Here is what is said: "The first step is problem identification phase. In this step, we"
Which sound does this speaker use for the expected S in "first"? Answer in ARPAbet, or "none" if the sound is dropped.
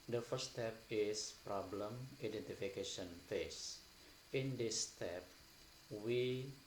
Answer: none